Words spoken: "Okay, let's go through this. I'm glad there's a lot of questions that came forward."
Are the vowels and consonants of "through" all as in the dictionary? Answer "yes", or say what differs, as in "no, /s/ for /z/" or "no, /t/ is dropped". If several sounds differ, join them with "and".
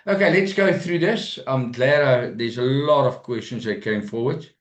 yes